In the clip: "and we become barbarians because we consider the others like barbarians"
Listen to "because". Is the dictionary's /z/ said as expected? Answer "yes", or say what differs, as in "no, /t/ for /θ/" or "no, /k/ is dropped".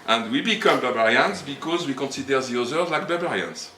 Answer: yes